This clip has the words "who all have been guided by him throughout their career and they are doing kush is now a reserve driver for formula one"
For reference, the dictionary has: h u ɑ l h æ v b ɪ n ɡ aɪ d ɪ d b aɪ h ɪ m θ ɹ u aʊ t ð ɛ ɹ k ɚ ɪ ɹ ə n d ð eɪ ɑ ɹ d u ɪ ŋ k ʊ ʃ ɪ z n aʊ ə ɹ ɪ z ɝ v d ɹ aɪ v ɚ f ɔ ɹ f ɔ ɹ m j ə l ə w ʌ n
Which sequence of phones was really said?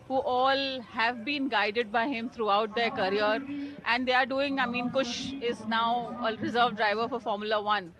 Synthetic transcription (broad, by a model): h u ɑ l h æ v b ɪ n ɡ aɪ d ɪ d b aɪ h ɪ m t ɹ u aʊ t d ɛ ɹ k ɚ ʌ ɹ ə n d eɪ ɑ ɹ d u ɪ ŋ k ʊ ʃ ɪ z n aʊ ə ɹ ɪ z ɝ v d ɹ aɪ v ɚ f ɔ ɹ f ɔ ɹ m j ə l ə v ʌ n